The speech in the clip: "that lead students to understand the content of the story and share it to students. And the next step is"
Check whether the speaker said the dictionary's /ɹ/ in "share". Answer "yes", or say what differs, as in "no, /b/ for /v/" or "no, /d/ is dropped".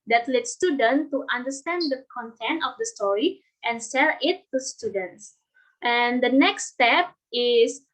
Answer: no, /l/ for /ɹ/